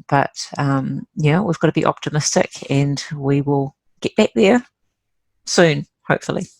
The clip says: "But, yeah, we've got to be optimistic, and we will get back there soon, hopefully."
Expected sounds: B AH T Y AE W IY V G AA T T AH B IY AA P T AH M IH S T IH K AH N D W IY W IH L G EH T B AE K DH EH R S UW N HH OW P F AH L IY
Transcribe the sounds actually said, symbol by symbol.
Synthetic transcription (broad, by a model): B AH T Y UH W IY V G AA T T AH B IY AA P T AH M IH S T IH K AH N W IY W IH L G EH T B AE K DH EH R S UW N HH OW P F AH L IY